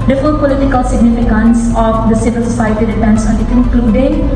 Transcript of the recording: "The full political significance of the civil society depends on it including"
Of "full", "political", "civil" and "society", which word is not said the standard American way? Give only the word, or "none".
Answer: full